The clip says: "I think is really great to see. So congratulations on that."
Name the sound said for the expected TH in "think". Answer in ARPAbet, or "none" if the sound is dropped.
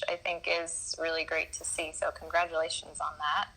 TH